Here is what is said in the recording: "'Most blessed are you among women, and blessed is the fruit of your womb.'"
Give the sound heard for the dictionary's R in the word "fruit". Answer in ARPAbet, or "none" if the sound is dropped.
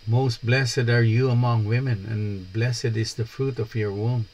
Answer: R